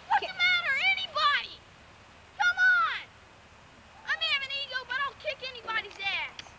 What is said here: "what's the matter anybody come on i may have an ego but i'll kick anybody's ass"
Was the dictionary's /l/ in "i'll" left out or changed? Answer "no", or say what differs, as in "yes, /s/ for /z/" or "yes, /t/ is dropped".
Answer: yes, /n/ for /l/